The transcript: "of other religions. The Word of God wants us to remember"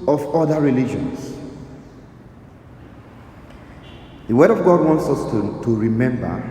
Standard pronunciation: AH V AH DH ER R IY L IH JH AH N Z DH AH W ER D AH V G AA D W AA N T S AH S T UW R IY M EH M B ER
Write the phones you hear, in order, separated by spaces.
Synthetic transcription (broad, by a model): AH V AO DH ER R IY L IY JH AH N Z DH AH W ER D AH V G AA D W AA N T S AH S T UW R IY M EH M B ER